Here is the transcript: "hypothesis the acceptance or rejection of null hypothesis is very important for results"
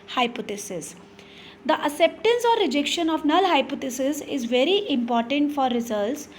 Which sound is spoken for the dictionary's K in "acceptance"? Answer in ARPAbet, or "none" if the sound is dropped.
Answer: none